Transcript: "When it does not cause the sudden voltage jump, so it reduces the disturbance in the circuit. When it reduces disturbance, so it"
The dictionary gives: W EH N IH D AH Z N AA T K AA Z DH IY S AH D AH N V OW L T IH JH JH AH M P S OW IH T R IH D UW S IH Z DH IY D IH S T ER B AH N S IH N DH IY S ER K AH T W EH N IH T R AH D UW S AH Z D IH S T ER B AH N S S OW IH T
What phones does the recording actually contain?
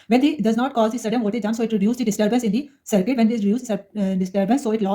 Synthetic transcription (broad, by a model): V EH N IH D AH Z N AA T K AA Z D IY S AH D AH N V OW T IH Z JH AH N S OW IH T R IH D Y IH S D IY D IH S T ER B AH N S IH N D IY S ER K AH T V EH N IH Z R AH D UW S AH D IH S T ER B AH N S S OW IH T